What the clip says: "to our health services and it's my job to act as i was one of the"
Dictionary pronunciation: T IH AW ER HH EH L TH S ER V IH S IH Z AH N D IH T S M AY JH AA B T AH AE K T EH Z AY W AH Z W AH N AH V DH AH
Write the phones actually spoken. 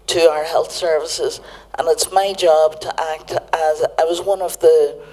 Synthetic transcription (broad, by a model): T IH AW ER HH EH L TH S ER V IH S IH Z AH N IH T S M AY JH AA B T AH AE K T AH Z AY W AH Z W AH N AH V DH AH